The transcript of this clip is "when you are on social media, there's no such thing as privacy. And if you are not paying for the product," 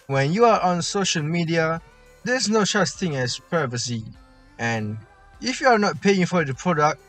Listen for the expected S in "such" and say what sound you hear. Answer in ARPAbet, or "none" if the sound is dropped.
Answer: SH